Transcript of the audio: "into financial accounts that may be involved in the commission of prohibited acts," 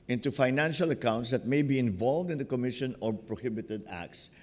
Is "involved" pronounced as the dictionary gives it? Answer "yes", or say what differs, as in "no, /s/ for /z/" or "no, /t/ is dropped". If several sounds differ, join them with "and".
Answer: yes